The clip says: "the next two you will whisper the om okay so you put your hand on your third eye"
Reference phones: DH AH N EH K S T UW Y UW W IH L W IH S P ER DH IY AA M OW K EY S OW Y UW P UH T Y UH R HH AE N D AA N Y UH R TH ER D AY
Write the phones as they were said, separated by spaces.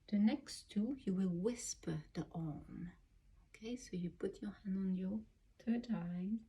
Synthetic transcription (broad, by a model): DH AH N EH K S T UW Y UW W IH L W IH S P ER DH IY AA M OW K EY S OW Y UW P UH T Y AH R HH AE N D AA N Y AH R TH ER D AY